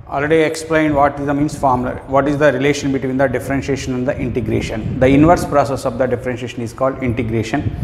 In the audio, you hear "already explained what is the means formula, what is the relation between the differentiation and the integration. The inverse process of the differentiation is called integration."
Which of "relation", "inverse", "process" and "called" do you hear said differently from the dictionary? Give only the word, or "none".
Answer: none